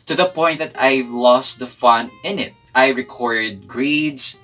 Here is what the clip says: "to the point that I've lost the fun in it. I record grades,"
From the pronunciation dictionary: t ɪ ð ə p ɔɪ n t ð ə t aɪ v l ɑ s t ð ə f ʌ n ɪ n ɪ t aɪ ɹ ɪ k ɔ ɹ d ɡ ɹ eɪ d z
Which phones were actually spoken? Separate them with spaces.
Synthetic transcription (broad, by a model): t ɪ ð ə p ɔɪ n t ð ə t aɪ v l ɑ s t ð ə f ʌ n ɪ n ɪ t aɪ ɹ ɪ k ɔ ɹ d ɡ ɹ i d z